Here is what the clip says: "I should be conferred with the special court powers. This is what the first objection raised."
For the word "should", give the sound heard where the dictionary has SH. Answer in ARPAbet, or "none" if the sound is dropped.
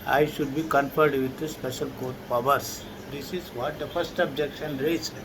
SH